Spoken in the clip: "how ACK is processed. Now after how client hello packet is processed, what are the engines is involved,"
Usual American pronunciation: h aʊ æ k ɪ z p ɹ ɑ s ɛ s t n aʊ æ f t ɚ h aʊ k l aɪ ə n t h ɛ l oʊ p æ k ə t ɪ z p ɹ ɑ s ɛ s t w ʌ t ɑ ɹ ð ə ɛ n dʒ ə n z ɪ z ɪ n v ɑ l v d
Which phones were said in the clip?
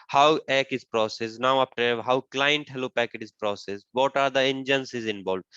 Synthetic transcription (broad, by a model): h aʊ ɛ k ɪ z p ɹ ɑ s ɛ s n aʊ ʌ p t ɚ h aʊ k l aɪ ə n t h ɛ l oʊ p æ k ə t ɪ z p ɹ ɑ s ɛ s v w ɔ t ɑ ɹ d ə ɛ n dʒ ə n s ɪ z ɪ n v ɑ l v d